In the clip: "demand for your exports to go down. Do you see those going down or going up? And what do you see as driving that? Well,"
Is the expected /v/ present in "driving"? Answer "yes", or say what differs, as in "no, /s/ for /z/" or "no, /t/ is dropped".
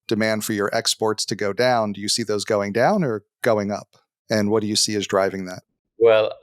yes